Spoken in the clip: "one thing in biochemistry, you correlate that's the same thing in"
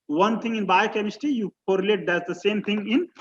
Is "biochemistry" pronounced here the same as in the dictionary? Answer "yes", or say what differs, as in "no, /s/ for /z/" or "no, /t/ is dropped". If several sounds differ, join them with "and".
no, /ɹ/ is dropped